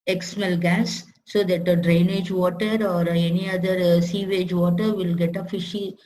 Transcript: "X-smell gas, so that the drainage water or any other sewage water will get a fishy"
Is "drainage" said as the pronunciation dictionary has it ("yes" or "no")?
yes